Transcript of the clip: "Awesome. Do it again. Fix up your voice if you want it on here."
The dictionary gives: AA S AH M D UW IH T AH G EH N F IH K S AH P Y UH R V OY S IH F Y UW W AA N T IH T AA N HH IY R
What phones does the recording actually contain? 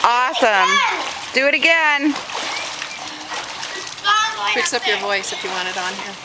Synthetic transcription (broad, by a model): AA S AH M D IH IH T AH G EH N P IH K S AH P Y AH R V OY S IH F Y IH W AA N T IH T N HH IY R